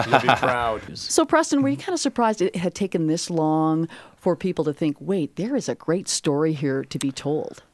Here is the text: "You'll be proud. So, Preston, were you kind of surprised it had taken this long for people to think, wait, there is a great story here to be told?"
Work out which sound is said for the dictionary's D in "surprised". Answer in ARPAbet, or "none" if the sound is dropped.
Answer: D